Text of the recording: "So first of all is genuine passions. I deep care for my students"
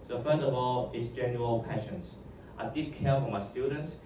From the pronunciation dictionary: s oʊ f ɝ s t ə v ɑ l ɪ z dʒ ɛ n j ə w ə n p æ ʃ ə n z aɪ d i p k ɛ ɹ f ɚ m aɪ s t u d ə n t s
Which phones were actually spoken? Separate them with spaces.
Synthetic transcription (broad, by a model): s oʊ f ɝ s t ə v ɑ l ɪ s dʒ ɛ n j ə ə l p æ ʃ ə n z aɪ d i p k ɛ f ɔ m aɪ s t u d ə n t s